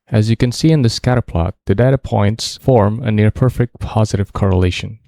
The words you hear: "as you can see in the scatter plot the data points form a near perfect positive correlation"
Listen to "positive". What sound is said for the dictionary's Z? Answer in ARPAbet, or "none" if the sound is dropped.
Z